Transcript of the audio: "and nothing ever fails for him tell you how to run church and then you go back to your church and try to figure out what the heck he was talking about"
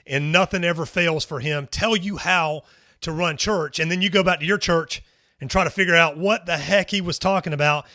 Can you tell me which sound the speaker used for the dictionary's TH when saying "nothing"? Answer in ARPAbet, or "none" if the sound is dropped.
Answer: TH